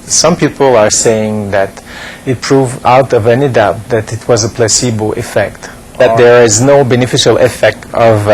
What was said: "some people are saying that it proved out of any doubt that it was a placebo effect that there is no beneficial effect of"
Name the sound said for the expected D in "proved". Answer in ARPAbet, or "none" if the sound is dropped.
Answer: none